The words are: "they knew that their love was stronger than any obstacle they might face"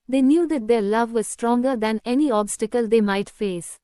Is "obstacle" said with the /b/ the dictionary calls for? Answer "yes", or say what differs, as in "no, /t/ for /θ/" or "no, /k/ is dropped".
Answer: yes